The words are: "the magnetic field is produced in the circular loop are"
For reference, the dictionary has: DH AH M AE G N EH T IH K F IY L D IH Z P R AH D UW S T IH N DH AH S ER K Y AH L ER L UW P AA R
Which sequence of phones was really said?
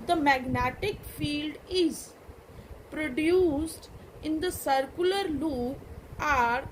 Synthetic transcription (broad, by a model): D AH M AE G N EH T IH K F IY L D IH Z P R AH D UW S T IH N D AH S ER K Y AH L ER L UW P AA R